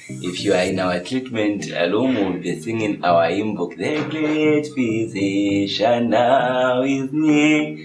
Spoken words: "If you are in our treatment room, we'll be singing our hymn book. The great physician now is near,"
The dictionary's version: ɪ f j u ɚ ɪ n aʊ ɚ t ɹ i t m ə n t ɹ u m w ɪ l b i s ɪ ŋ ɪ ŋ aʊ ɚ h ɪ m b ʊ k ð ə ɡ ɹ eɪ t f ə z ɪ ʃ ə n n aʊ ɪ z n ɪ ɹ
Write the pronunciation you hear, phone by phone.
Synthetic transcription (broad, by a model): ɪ f j u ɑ ɪ n aʊ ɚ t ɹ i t m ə n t l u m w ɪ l b i s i ŋ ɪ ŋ aʊ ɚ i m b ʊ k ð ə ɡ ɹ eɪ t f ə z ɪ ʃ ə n n aʊ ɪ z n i